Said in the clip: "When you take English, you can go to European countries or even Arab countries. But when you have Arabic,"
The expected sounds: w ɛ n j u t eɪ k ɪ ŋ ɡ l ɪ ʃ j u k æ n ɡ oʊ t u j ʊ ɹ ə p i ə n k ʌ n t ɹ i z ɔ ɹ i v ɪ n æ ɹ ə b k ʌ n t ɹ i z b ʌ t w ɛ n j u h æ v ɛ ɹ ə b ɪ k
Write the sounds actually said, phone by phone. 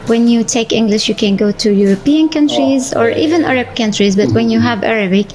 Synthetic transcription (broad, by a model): w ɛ n j u t eɪ k ɪ ŋ ɡ l ɪ ʃ j u k æ n ɡ oʊ t u j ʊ ɹ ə p i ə n k ʌ n t ɹ i z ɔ ɹ i v ɪ n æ ɹ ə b k ʌ n t ɹ i z b ʌ t w ɛ n j u h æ v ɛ ɹ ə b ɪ k